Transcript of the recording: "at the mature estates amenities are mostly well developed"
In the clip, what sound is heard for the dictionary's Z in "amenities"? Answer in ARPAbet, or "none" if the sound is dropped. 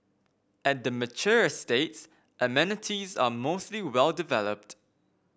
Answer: Z